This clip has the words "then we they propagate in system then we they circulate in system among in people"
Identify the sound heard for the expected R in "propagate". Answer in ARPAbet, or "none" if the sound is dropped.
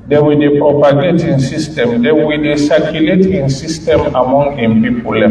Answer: R